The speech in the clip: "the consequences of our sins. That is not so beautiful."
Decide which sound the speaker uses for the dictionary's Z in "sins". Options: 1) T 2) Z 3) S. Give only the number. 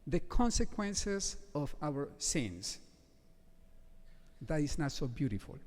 3